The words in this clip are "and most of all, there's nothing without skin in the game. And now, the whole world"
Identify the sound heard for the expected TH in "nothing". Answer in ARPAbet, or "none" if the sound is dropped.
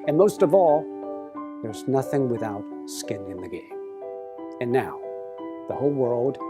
TH